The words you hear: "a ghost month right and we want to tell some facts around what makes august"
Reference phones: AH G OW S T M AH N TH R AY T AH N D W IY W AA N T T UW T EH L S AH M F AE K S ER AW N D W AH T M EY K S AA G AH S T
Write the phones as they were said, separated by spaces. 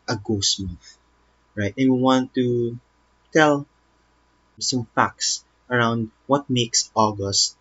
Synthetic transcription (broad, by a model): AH G OW S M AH TH R AY T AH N W IY W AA N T T UW T EH L S AH M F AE K S ER AW N D W AH T M EY K S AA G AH S T